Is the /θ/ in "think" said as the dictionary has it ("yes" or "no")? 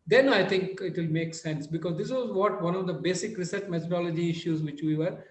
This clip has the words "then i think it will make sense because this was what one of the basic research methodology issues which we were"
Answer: no